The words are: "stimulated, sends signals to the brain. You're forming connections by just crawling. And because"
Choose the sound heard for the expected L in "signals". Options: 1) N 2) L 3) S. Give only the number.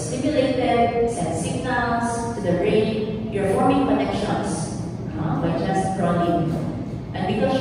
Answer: 1